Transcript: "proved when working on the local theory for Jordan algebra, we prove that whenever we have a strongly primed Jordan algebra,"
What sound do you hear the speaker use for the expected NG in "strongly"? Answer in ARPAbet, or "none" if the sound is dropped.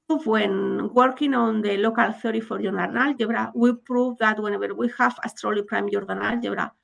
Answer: none